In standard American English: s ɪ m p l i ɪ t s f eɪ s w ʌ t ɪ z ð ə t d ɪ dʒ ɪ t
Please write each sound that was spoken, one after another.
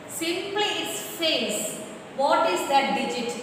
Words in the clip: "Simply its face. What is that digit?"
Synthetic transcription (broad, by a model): s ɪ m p l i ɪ s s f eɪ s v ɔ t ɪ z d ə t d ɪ dʒ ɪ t